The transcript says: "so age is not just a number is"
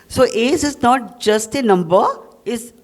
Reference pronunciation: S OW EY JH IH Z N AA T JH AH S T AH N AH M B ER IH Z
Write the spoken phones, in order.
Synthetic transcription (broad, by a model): S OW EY Z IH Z N AA T JH AH S T AH N AH M B ER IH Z